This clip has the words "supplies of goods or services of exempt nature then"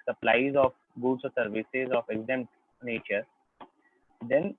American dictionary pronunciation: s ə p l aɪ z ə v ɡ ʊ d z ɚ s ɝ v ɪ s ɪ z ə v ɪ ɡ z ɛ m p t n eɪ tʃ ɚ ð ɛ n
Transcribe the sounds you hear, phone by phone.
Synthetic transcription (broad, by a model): s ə p l aɪ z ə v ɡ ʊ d s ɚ s ɝ v ɪ s ɪ z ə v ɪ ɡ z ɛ m t n eɪ tʃ ɚ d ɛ n